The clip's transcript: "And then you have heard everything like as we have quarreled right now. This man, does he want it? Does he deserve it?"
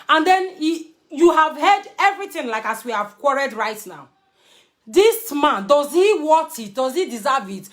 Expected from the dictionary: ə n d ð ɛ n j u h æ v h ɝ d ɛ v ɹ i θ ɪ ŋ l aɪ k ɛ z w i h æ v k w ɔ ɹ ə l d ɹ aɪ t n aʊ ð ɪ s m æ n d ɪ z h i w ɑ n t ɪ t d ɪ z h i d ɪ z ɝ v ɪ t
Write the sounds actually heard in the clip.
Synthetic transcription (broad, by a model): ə n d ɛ n j u h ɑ v h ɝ d ɛ v ɹ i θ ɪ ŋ l aɪ k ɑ s w i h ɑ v k w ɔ ɹ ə d ɹ aɪ t n aʊ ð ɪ s m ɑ n d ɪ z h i w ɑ t ɪ t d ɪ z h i d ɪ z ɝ v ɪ t